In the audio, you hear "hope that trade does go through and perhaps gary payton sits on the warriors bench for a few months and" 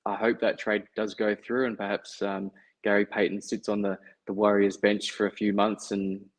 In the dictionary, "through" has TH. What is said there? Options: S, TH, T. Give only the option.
TH